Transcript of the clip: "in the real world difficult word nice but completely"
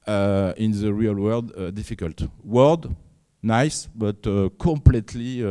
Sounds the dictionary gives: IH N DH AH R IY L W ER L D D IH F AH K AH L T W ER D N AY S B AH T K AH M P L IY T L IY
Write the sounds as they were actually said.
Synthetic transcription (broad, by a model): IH N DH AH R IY L W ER D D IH F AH K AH L T W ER D N AY S B AH T K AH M P L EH T L IY